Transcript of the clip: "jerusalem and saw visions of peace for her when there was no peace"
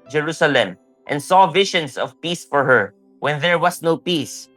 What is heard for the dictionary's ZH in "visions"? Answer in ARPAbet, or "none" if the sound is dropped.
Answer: SH